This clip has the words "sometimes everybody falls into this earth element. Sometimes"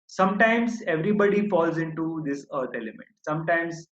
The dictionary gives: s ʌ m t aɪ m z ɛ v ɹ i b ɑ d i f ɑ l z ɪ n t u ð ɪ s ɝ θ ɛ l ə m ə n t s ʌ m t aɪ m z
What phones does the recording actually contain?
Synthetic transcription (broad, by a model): s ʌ m t aɪ m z ɛ v ɹ i b ɑ d i f ɑ l z ɪ n t u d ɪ s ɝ t ɛ l ə m ə n t s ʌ m t aɪ m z